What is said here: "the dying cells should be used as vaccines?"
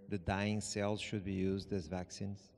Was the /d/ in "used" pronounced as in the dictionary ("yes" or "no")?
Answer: yes